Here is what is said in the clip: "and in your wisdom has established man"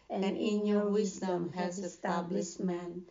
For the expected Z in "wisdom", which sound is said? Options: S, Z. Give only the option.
Z